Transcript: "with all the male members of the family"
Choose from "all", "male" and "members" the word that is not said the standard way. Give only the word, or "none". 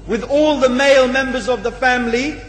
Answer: none